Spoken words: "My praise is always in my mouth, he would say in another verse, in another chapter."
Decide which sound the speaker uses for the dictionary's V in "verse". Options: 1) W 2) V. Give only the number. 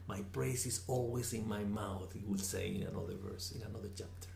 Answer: 2